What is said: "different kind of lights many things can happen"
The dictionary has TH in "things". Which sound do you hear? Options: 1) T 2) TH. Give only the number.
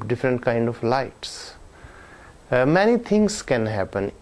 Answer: 1